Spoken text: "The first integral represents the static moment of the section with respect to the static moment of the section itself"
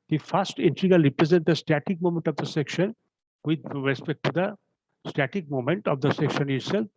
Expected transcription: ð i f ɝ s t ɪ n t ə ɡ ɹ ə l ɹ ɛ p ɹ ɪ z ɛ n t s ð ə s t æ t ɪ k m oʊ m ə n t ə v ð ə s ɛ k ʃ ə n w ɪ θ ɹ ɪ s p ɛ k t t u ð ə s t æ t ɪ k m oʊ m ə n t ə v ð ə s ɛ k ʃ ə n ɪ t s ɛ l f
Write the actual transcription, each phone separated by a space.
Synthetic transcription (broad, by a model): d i f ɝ s t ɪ n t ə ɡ ə ɹ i p ɹ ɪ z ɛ n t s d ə s t æ t ɪ k m oʊ m ə n t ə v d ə s ɛ k ʃ ə n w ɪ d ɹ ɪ s p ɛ k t t u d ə s t æ t ɪ k m oʊ m ə n t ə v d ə s ɛ k ʃ ə n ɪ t s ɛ l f